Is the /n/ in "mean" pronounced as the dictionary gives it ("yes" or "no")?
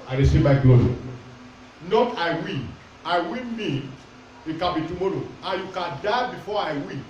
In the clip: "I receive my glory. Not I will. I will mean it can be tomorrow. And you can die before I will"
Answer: no